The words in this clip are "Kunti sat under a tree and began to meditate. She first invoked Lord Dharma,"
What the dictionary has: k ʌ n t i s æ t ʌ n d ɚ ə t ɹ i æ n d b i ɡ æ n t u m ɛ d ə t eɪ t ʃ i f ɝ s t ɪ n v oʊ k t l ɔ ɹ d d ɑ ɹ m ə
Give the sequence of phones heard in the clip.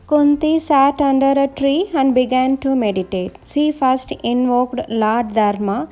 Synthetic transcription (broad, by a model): k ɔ n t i s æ t ʌ n d ɚ ə t ɹ i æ n d b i ɡ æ n t u m ɛ d ə t eɪ t s i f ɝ s t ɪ n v oʊ k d l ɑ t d d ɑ ɹ m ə